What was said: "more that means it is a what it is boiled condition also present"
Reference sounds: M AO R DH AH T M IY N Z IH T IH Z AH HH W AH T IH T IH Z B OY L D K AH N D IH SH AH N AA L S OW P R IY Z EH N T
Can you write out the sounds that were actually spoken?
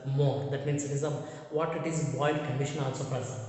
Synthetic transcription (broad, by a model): M AO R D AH T M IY N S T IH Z AH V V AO T IH T IH Z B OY D K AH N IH SH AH N AA L S OW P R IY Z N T